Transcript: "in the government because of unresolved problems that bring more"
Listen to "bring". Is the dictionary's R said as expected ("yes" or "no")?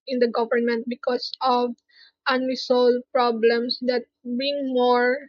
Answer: no